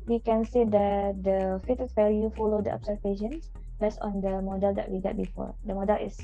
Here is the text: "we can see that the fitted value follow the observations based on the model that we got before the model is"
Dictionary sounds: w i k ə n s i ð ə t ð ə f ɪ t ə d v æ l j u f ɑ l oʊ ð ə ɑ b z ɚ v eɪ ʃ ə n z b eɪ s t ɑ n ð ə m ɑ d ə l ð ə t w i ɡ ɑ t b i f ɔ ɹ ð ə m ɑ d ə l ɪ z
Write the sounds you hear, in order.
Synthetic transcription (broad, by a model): w i k ə n s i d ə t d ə f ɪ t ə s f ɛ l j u f ɑ l oʊ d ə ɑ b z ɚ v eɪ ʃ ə n s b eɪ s ɑ n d ə m ɑ d ə l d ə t w i ɡ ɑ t b i f ɔ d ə m ɑ d ə l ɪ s